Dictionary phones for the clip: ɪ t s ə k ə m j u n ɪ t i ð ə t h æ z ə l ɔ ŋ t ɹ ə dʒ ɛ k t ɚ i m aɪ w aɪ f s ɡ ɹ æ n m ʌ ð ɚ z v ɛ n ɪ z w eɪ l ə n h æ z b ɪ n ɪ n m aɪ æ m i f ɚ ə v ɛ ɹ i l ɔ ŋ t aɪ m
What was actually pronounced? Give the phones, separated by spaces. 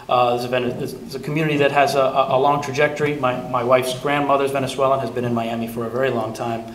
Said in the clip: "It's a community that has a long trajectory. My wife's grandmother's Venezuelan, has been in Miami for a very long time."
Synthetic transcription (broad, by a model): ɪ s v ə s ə m j u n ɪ t i ð ə t h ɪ z ə l ɔ ŋ t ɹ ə dʒ ɛ k t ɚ i m aɪ w aɪ f s ɡ ɹ æ n m ʌ ð ɚ z v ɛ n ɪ s w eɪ l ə n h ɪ z b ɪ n ɪ n m aɪ æ m i f ɚ ə v ɛ ɹ i l ɔ ŋ t aɪ m